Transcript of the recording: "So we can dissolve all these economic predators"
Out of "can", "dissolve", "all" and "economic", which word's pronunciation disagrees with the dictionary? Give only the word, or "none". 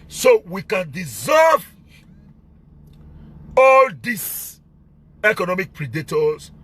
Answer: dissolve